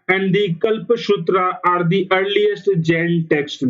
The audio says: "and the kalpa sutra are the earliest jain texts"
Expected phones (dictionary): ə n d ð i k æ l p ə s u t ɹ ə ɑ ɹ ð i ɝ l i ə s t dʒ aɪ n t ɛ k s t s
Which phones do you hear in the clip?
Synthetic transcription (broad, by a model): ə n d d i k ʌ l p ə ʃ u t ɹ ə ɑ ɹ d i ɝ l i ə s t dʒ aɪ l t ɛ k s t